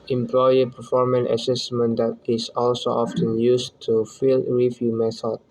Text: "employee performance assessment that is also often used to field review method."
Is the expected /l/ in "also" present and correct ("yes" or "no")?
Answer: yes